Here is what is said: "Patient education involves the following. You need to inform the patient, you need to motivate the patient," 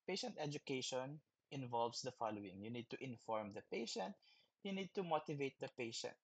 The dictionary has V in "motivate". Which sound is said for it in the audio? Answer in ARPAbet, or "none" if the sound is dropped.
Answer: V